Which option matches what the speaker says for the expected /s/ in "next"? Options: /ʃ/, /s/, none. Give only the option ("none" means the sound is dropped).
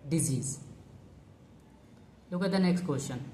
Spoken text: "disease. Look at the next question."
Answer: /s/